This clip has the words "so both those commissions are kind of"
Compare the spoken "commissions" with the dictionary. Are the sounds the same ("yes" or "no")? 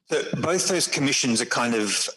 yes